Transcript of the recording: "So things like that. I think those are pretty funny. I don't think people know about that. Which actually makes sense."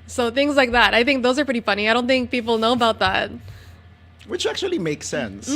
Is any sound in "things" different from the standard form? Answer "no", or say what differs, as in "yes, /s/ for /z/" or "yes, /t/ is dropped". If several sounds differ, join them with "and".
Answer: no